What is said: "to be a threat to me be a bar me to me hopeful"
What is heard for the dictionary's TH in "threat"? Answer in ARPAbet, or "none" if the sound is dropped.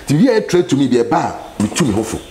T